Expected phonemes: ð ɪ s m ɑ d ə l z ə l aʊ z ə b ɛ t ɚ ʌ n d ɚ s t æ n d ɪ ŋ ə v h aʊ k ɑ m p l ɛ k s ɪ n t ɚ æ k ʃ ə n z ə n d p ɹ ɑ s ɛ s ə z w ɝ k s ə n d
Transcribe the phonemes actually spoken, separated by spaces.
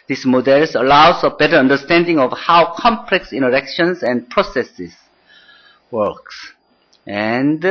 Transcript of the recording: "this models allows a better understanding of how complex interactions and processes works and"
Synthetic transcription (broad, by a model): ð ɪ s m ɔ d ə l s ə l aʊ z ə b ɛ t ɚ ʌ n d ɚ s t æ n d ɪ ŋ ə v h aʊ k ɑ m p l ɛ k s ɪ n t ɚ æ k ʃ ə n s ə n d p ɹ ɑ s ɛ s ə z w ɝ k s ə n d